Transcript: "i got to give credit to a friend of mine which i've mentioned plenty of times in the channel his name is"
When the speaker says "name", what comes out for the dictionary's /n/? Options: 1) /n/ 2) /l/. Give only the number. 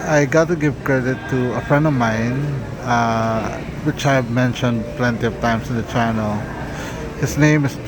1